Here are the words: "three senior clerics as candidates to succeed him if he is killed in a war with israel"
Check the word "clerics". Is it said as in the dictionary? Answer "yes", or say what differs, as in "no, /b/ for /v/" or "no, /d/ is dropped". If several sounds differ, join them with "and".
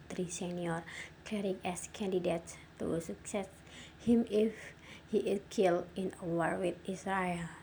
no, /s/ is dropped